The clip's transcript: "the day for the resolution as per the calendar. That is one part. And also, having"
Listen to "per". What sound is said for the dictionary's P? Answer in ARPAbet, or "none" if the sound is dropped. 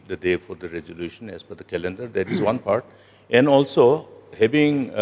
F